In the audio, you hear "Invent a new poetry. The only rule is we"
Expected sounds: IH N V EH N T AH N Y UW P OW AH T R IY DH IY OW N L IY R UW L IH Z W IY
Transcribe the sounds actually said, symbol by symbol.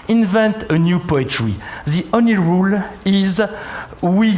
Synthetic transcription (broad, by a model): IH N V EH N T AH N Y UW P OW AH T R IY DH IY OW N L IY R UW L IH Z W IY